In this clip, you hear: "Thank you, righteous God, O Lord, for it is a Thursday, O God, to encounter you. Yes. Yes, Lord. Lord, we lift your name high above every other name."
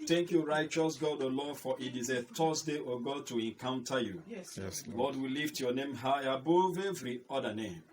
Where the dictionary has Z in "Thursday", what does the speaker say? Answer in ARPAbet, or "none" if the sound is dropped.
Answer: S